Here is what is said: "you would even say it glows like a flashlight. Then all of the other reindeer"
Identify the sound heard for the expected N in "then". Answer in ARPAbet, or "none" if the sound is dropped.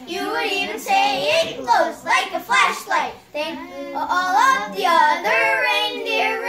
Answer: L